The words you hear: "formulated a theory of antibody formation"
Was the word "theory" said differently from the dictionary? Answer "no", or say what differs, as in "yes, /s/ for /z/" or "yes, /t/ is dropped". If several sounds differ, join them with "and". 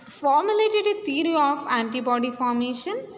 yes, /t/ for /θ/